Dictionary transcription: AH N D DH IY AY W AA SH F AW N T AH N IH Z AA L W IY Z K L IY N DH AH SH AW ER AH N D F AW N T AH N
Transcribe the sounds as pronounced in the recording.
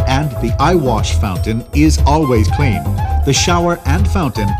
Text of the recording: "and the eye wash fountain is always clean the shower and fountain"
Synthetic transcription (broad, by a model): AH N DH IY AY W AA SH F AW N T AH N IH Z AA L W IY Z K L IY N DH AH SH AW ER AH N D F AW N T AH N